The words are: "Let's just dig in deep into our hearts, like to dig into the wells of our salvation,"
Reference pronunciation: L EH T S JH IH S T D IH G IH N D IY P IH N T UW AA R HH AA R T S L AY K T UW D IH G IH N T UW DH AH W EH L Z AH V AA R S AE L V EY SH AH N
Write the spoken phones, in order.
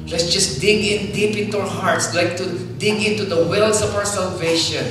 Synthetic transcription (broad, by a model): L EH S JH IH S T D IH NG IH N D IY P IH N T UW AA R HH AA R T S L AY K T UW D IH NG IH N T UW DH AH W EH L S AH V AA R S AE L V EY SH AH N